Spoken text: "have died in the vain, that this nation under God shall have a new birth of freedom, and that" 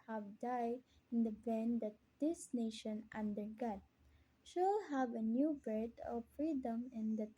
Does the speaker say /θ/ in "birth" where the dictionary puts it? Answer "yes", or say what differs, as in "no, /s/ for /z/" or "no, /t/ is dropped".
no, /t/ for /θ/